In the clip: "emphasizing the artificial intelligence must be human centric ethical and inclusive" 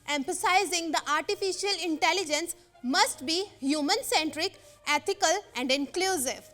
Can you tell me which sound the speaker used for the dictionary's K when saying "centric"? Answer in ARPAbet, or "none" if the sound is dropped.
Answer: K